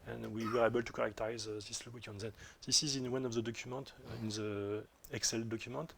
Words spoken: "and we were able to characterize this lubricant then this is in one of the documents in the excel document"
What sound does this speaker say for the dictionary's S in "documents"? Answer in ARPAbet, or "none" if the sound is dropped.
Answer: none